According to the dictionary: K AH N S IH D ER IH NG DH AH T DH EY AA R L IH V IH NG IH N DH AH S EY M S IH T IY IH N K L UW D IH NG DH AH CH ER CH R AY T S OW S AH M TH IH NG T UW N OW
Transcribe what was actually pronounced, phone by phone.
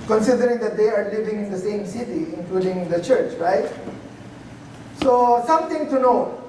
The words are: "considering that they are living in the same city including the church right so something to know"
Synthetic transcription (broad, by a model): K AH N S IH D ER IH NG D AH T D EY AA R L IH V IH NG IH N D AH S EY M S IH T IY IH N K L UW D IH NG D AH CH ER CH R AY T S OW S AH M T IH NG T UW N OW